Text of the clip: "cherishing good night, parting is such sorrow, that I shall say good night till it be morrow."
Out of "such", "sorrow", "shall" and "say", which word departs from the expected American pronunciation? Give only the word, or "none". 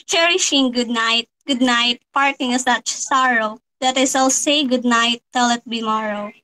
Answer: shall